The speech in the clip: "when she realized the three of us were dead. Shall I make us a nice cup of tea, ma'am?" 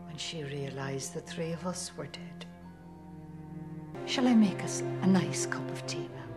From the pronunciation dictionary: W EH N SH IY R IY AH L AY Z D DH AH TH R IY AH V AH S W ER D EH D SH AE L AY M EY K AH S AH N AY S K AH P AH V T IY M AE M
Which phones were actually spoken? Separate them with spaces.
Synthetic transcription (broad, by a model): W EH N SH IY R IY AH L AY Z DH AH TH R IY AH V AH S W ER D EH D SH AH L AY M EY K AH S AH N AY S K AH P AH V T IY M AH